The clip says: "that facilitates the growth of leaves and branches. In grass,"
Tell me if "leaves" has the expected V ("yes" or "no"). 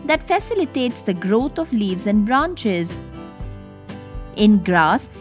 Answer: yes